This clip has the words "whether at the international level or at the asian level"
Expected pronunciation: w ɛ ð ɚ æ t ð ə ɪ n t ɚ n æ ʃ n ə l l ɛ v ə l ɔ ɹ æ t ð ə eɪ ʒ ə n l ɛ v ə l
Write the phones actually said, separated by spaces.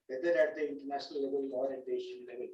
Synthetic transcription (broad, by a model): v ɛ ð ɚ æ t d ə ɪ n t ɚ n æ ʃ n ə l l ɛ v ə l ɔ ɹ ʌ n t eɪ ʃ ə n l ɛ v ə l